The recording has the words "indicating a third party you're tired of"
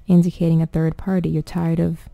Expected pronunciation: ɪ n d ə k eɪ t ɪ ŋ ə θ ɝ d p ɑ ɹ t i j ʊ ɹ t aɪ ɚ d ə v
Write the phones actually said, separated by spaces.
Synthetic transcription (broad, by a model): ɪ n d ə k eɪ t ɪ ŋ ə θ ɝ d p ɑ ɹ t i j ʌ ɹ t aɪ ɚ d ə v